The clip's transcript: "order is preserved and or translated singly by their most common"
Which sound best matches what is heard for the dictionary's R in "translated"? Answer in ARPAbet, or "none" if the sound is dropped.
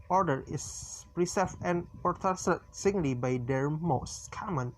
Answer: none